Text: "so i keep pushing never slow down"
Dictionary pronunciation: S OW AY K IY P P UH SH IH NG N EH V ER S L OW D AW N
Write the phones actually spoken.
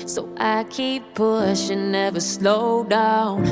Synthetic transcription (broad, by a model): S OW AY K IY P P UH SH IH N EH V ER S L OW D AW N